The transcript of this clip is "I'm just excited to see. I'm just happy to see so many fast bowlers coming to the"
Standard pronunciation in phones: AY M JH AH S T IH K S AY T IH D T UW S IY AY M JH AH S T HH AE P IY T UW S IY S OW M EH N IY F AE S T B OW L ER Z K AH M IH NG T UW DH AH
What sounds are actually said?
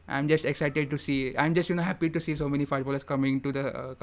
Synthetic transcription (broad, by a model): AY M JH AH S T IH K S AY T IH D T UW S IY AY M JH AH S T HH AE P IY T UW S IY S OW M EH N IY F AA T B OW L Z K AH M IH NG T UW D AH